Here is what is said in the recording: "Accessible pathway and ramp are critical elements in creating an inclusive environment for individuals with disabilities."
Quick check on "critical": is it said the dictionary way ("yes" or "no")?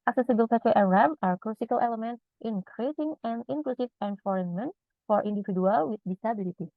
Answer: no